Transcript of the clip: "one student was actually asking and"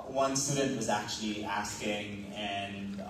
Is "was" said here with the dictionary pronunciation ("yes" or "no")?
yes